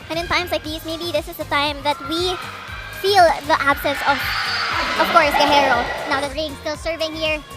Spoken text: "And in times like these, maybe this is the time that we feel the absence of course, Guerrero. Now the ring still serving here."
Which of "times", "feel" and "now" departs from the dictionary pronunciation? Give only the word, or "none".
times